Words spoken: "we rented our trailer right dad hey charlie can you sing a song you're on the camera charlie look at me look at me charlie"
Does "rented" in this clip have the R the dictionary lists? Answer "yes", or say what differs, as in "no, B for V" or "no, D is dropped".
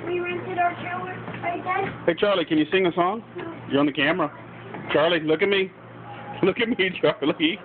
yes